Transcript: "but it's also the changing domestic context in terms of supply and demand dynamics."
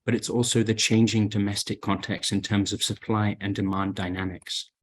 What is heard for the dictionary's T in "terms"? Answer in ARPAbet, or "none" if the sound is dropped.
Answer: T